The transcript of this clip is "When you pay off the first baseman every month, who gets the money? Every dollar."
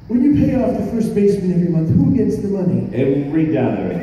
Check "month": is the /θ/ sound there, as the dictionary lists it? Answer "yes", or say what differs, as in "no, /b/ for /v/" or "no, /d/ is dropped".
yes